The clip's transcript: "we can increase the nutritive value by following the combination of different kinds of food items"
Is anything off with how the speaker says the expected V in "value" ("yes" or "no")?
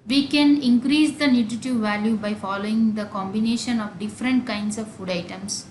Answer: no